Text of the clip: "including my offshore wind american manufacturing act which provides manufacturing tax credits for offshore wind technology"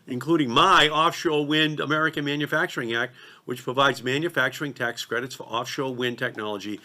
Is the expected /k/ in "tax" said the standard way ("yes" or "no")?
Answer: yes